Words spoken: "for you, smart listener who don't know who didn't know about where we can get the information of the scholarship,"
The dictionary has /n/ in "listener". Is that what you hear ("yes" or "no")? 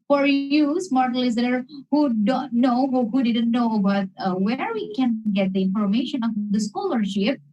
no